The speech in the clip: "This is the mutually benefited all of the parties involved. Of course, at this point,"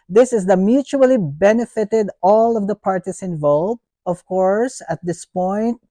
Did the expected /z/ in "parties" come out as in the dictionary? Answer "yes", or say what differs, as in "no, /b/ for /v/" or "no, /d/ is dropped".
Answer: no, /s/ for /z/